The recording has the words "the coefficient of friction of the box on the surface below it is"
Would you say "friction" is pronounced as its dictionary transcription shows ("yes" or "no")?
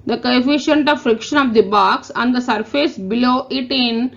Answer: yes